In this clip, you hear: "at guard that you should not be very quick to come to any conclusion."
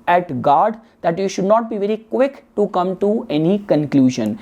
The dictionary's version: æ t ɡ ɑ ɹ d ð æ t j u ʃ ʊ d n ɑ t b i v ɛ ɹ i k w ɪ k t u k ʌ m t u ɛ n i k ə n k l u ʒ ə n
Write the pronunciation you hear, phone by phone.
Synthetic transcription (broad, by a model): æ t ɡ ɑ ɹ d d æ t j u ʃ ʊ d n ɑ t b i v ɛ ɹ i k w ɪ k t u k ʌ m t u ɛ n i k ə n k l u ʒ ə n